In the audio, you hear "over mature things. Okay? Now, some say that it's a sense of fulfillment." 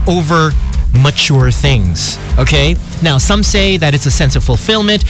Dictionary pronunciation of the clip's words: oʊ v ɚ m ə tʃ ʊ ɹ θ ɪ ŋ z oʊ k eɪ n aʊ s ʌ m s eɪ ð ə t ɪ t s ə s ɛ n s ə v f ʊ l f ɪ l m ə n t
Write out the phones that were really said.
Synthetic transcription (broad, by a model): oʊ v ɚ m ə tʃ ʊ ɹ θ ɪ ŋ z oʊ k eɪ n aʊ s ʌ m s eɪ ð ə t ɪ t s ə s ɛ n s ə v f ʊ l f ɪ l m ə n t